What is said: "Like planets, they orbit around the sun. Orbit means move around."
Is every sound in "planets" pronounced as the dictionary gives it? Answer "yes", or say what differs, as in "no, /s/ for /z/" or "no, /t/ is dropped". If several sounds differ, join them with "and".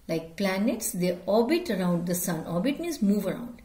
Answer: yes